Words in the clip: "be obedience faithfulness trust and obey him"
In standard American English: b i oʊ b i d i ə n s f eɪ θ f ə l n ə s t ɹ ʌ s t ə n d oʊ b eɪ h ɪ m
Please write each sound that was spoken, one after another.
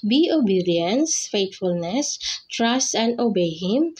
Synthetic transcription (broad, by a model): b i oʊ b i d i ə n s f eɪ t f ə l n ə s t ɹ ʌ s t ə n d oʊ b eɪ h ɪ m